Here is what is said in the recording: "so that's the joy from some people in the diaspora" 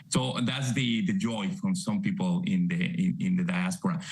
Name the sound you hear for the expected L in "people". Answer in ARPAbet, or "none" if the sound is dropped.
N